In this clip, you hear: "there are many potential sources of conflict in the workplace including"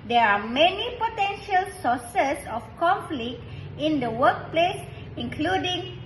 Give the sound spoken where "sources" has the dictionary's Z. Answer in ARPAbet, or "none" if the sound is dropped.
S